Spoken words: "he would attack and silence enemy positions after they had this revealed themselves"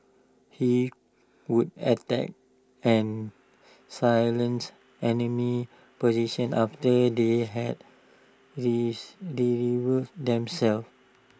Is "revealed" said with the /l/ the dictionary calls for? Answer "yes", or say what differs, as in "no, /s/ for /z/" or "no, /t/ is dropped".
no, /l/ is dropped